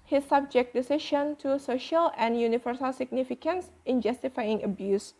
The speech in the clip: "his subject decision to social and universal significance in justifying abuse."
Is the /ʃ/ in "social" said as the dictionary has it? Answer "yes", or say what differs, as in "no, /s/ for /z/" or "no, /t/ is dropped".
yes